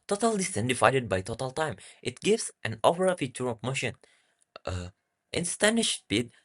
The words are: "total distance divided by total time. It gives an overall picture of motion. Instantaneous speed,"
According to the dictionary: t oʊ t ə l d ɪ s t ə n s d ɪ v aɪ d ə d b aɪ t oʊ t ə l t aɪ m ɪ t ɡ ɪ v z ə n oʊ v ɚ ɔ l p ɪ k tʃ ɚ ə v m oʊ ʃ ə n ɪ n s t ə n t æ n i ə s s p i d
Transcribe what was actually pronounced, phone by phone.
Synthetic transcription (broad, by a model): t oʊ t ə l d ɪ s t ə n d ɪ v aɪ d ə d b aɪ t oʊ t ə l t aɪ m ɪ t ɡ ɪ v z ə n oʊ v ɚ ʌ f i tʃ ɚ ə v m oʊ ʃ ə n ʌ t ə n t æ n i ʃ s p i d